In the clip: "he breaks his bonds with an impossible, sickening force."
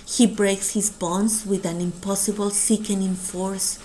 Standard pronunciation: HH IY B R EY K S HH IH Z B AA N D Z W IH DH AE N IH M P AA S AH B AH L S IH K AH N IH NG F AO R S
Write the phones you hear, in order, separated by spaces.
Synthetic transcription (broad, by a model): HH IY B R EY K S HH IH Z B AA N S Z W IH DH AE N IH M P AA S AH B AH L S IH K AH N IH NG F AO R S